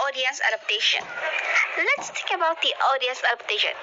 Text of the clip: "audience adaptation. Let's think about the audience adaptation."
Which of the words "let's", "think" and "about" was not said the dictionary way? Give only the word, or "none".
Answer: think